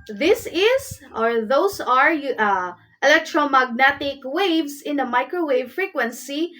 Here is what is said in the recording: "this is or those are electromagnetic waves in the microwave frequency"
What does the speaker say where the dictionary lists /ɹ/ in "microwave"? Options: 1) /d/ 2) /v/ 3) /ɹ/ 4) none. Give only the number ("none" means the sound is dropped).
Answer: 3